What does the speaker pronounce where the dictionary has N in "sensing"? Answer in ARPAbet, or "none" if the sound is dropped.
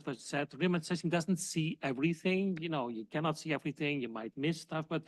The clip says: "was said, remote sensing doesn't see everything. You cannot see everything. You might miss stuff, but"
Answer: none